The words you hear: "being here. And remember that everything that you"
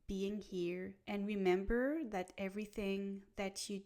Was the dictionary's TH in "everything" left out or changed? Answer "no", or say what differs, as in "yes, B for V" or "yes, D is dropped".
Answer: no